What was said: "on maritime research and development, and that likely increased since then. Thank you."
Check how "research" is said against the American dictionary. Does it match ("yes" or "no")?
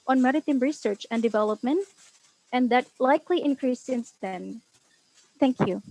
yes